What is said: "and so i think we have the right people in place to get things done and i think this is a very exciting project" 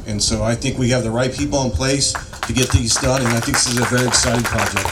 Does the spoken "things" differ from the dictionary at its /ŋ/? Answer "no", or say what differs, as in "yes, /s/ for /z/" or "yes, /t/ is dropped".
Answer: yes, /ŋ/ is dropped